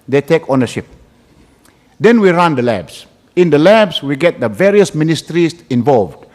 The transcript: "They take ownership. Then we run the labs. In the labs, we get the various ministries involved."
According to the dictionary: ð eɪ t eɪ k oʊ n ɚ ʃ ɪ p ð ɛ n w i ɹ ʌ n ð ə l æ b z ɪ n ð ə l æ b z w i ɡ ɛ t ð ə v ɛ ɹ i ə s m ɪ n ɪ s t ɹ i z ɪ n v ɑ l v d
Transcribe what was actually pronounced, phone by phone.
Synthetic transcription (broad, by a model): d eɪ t eɪ k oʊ n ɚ ʃ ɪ p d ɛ n w i ɹ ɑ n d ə l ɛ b s ɪ n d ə l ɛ b s w i ɡ ɛ t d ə v ɛ ɹ i ə s m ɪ n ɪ s t ɹ i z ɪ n v ɑ l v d